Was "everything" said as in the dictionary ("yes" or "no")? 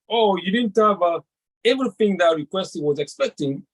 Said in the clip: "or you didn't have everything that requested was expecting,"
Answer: yes